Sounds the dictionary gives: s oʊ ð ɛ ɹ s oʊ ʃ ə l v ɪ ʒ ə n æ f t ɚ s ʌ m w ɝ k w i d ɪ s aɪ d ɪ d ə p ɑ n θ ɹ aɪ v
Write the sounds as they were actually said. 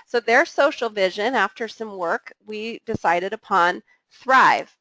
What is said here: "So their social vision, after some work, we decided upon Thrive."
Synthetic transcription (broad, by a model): s oʊ ð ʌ ɹ s oʊ ʃ l v ɪ ʒ ə n æ f t ɚ s ʌ m w ɝ k w i d ɪ s aɪ d ɪ d ə p ɑ n θ ɹ aɪ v